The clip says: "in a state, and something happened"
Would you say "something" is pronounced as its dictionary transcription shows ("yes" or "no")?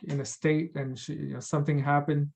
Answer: yes